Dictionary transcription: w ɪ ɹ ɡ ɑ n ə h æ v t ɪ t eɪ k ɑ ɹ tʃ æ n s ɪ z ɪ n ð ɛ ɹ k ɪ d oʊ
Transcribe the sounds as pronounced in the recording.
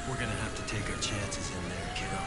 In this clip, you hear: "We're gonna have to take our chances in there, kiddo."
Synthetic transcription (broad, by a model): w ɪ ɹ ɡ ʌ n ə h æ f t ɪ t eɪ k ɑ tʃ æ n s ɪ z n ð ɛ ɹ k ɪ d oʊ